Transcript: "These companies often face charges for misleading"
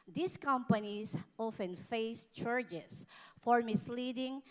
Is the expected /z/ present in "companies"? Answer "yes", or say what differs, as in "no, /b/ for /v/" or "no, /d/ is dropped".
no, /s/ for /z/